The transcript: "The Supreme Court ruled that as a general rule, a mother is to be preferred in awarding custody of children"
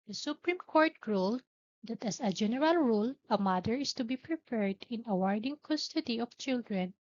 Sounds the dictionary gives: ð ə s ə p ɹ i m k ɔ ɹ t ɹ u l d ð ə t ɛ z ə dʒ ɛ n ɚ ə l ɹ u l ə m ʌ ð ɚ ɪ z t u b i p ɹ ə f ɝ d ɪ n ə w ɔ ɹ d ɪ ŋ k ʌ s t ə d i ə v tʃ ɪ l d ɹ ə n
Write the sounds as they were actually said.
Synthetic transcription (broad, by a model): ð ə s ə p ɹ i m k ɔ ɹ t ɹ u l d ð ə t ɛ s ə dʒ ɛ n ɚ ə l ɹ u l ə m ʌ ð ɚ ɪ s t u b i p ɹ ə p ɝ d ɪ n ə w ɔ ɹ d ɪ ŋ k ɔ s t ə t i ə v tʃ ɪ l d ɹ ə n